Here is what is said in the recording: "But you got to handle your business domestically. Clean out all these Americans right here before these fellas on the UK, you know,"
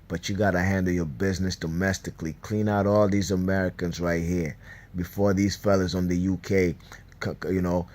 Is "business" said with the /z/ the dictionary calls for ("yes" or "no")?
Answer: yes